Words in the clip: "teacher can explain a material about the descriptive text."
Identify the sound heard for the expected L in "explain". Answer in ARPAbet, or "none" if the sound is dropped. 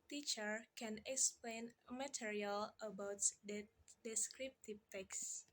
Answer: L